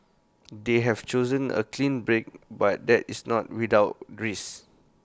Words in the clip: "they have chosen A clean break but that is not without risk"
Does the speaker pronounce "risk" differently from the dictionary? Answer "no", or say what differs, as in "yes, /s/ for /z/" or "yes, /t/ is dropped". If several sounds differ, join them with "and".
yes, /k/ is dropped